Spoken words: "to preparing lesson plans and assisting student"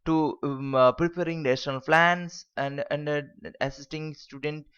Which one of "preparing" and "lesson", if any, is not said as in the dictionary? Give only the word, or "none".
lesson